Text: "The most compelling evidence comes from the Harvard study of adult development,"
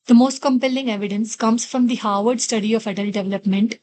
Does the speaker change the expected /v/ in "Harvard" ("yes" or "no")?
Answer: no